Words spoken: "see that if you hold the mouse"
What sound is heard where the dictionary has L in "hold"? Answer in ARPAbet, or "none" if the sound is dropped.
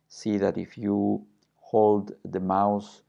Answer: L